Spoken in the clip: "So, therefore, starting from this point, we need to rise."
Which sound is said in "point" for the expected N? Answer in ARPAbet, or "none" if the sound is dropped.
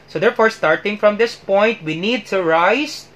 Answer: N